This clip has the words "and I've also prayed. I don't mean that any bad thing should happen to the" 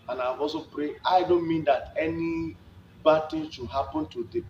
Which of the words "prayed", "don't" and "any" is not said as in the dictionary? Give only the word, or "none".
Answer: prayed